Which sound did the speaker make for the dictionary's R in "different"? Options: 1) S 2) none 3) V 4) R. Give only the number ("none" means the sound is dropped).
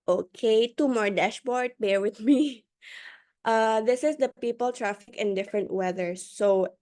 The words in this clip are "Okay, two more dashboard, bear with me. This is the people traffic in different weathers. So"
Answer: 4